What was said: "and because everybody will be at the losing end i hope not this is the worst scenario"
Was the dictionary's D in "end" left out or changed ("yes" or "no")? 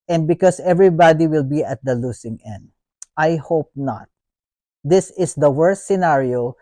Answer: no